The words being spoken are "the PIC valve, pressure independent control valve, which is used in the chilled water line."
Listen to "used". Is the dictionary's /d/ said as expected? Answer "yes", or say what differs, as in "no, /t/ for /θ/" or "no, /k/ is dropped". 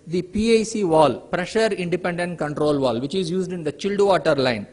yes